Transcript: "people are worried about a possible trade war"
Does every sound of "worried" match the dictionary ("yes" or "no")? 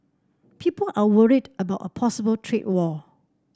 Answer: yes